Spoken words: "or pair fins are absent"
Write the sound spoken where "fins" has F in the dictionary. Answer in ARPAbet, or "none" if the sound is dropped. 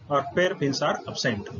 P